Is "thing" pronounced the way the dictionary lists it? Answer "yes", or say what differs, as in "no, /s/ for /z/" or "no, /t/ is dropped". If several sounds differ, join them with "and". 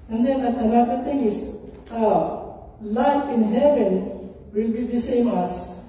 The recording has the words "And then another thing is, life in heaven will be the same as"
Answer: no, /t/ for /θ/